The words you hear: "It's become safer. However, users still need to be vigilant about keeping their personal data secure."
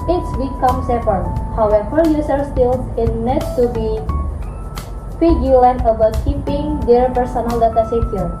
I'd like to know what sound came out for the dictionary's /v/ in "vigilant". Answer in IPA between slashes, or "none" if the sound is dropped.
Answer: /f/